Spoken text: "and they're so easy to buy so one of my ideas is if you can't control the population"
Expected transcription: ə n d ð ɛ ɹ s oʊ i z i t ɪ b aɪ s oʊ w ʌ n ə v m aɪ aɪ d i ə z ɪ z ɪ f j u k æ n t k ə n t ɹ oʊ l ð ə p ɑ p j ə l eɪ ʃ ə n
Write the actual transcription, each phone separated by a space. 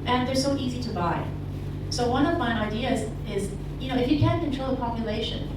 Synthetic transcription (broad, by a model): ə n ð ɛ ɹ s oʊ i z i t ɪ b aɪ s oʊ w ʌ n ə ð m aɪ aɪ d i ə z ɪ z ɪ f j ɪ k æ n k ə n t ɹ oʊ l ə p ɑ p j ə l eɪ ʃ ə n